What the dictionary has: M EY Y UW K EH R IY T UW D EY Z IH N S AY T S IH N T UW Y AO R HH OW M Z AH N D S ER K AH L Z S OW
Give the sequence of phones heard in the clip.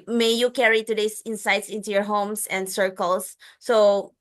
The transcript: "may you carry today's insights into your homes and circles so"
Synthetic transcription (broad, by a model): M EY Y UW K EH R IY T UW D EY S IH N S AY T S IH N T UW Y AO R HH OW M S AH N D S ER K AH L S S OW